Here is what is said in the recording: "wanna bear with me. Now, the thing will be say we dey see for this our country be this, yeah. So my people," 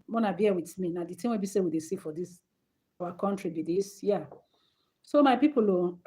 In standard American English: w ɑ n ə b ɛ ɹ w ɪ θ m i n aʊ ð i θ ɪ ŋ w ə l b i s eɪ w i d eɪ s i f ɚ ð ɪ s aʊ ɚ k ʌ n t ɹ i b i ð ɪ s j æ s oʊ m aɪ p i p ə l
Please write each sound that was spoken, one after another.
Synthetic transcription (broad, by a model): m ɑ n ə b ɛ w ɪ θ m i n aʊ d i t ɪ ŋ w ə b i s eɪ w i d eɪ s i f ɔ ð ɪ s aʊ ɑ k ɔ n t ɹ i b i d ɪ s j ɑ s oʊ m aɪ p i p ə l